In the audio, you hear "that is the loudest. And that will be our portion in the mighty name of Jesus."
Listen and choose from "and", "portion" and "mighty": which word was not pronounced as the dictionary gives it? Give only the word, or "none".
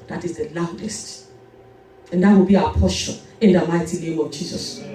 portion